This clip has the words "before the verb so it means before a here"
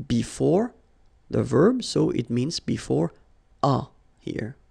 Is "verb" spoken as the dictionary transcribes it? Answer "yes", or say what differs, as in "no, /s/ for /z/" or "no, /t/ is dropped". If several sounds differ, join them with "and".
yes